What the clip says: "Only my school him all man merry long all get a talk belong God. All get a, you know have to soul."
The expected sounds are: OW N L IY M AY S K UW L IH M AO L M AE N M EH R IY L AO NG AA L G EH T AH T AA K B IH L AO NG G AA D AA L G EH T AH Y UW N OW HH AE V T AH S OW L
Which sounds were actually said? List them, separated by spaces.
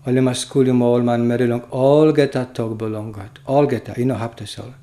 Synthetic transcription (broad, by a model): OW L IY M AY S K UW L IH M AO L M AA N M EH R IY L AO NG AA L G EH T AH T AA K B IH L AO NG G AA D AA L G EH T AH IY N OW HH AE P T AH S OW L